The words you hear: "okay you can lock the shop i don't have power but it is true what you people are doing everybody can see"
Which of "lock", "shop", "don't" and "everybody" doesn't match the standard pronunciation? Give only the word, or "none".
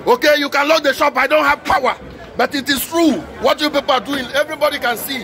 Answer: none